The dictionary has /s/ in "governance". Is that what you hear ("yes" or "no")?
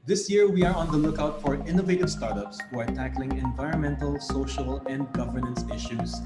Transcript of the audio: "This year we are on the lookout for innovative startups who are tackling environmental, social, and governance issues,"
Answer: yes